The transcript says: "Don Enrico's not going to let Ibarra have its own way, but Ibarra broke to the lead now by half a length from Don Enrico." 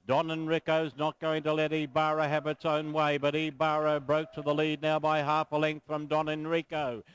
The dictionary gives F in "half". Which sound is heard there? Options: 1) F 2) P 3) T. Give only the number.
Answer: 1